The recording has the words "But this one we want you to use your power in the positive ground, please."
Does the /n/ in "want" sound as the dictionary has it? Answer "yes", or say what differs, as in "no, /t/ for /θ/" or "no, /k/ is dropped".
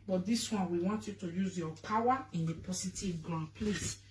yes